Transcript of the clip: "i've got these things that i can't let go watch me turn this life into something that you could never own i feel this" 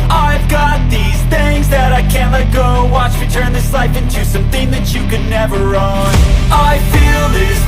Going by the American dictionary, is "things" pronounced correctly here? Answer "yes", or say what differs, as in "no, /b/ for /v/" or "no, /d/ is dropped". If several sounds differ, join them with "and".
yes